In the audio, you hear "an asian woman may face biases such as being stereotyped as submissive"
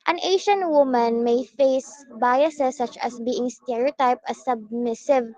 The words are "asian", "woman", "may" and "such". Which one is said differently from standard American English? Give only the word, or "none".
asian